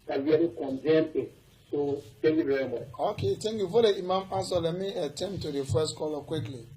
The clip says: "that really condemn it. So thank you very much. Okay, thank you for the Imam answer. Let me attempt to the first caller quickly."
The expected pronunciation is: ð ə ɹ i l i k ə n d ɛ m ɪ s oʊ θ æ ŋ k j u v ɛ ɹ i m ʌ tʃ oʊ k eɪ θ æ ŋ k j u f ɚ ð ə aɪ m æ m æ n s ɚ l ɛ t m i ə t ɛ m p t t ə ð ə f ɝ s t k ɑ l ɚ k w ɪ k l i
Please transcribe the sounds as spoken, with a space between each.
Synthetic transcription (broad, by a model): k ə w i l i k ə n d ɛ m ɪ s oʊ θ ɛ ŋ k j u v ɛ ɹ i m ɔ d oʊ k eɪ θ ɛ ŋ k j u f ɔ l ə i m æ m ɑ s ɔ l ɛ t m i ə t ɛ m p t t ə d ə f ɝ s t k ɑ l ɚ k w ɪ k l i